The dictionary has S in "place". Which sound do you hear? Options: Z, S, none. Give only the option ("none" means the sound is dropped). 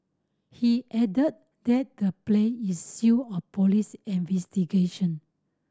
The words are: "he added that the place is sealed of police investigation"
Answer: none